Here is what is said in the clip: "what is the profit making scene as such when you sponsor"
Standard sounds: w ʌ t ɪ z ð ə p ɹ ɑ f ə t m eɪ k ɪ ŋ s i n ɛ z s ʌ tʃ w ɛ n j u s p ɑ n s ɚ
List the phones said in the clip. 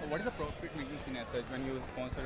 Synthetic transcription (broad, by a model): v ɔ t ɪ z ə p ɹ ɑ p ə t m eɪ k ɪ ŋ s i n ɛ s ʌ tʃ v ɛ n j u s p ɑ n s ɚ